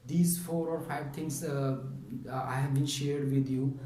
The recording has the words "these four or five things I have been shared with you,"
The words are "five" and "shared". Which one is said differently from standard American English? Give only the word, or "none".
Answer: none